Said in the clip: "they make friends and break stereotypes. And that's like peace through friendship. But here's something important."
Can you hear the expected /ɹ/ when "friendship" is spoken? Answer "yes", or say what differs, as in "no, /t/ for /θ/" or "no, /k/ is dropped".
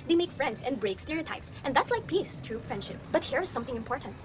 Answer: no, /ɹ/ is dropped